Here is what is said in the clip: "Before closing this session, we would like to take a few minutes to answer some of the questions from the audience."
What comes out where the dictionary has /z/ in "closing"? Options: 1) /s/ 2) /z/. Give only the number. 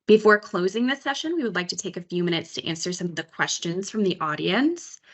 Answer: 2